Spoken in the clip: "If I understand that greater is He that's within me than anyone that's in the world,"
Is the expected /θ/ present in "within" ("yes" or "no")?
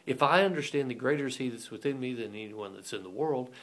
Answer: yes